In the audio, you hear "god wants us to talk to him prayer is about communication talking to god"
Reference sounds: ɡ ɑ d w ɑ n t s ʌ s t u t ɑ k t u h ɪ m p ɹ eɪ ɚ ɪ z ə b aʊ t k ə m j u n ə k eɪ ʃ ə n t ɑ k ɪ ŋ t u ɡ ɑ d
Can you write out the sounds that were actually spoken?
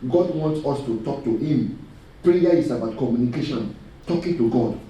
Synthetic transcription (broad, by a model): ɡ ɑ d w ɑ n t s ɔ s t u t ɑ k t u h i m p ɹ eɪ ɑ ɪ s ə b aʊ t k ə m j u n ə k eɪ ʃ ə n t ɑ k ɪ ŋ t u ɡ ɑ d